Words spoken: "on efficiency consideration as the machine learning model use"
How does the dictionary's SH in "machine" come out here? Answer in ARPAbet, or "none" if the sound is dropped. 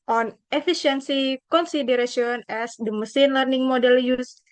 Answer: S